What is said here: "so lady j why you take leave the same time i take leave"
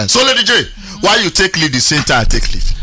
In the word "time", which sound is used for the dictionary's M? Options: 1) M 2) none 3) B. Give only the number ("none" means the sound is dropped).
2